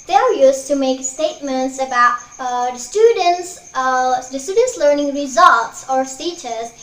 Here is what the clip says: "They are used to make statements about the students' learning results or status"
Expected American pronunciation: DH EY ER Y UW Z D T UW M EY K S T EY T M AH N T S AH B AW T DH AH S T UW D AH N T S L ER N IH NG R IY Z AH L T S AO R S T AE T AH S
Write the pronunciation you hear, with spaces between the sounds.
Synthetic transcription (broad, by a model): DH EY ER Y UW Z T UW M EY K S T EY T M AH N T S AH B AW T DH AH S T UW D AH N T S L ER N IH NG R IY Z AH L T S AO R S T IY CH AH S